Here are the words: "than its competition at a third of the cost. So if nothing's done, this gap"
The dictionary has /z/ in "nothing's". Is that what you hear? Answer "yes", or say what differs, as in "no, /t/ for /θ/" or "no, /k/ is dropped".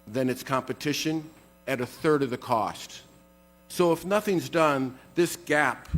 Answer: yes